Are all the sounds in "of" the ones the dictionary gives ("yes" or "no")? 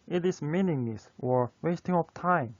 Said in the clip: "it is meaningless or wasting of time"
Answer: no